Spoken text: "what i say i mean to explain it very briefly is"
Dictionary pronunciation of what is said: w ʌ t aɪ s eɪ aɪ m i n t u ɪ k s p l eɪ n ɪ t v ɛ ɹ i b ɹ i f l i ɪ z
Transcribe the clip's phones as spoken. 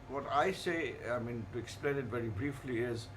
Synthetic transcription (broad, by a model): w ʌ t aɪ s eɪ aɪ m i n t u ɪ k s p l eɪ n ɪ t v ɛ ɹ i b ɹ i f l i ɪ z